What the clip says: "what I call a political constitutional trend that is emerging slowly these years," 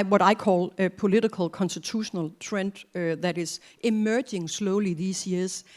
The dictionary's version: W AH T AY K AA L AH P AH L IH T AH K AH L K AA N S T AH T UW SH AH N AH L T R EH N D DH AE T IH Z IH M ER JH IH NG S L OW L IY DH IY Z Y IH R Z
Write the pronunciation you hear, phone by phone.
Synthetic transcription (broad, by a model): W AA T AY K AA L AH P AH L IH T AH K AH L K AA N S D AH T UW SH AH N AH L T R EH N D DH AE T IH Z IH M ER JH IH NG S L OW L IY DH IY S Y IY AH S